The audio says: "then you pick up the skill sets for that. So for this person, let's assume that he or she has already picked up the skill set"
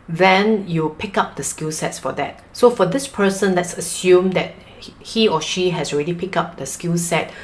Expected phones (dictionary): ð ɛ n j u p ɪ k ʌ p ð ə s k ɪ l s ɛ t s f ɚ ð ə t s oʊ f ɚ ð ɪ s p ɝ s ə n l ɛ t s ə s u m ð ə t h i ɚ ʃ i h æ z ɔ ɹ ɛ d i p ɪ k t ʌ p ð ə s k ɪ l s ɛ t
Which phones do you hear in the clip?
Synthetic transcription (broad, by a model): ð ɛ n j u p ɪ k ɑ p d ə s k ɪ l s ɛ t s f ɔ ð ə t s oʊ f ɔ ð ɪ s p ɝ s ə n l ɛ t s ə s u m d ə t h i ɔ ʃ i h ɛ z ɔ ɹ ɛ d i p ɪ k ɑ p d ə s k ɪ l s ɛ t